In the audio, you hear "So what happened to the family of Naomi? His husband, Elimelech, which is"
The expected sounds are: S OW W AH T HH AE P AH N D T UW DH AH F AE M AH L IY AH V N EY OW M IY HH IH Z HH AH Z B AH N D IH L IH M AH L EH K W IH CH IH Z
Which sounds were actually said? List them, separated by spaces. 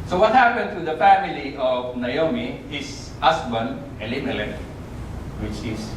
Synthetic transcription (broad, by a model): S OW W AH T HH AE P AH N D T UW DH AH F AE M AH L IY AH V N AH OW M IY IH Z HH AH S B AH N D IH L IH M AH L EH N W IH CH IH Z